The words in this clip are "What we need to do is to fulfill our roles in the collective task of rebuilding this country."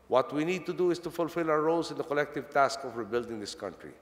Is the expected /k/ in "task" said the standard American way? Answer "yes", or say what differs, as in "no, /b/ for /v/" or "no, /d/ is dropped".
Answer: yes